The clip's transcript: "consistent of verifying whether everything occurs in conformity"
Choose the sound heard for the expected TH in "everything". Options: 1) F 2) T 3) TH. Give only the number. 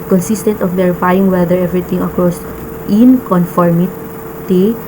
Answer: 2